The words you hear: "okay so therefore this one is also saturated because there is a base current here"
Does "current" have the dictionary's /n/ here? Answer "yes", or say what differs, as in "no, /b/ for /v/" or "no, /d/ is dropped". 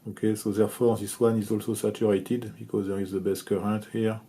no, /n/ is dropped